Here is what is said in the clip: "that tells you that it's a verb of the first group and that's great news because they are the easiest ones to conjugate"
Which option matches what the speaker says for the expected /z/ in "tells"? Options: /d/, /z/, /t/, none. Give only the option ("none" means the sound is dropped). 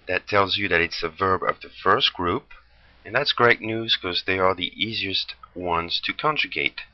/z/